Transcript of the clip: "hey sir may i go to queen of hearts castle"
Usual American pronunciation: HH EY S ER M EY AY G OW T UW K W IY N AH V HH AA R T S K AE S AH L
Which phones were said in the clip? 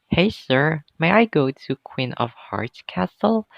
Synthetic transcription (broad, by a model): HH EY S ER M EY AY G OW T UW K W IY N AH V HH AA R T K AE S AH L